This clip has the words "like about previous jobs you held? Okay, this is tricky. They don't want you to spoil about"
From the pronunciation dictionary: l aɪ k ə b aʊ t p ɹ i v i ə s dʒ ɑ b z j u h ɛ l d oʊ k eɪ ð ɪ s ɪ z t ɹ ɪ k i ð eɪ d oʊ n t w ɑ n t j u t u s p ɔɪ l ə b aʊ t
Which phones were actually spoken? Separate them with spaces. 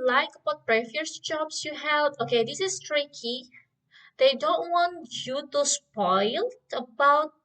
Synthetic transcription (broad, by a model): l aɪ k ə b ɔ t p ɹ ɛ f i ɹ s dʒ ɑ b s j u h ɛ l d oʊ k eɪ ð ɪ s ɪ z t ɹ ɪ k i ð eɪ d oʊ n t w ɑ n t j u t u s p ɔɪ l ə b aʊ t